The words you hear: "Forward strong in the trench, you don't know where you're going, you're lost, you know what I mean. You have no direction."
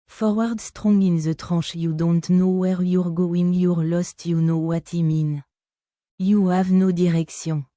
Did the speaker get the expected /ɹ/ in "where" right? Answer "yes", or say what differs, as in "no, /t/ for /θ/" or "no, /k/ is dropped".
yes